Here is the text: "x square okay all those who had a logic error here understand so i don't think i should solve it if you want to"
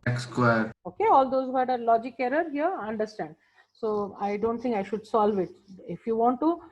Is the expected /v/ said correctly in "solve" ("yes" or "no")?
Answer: yes